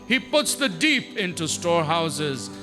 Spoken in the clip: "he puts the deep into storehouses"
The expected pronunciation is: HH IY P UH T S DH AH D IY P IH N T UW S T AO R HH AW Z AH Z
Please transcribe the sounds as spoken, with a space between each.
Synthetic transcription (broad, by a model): HH IY P UH T S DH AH D IY P IH N T UW S T AO R HH AW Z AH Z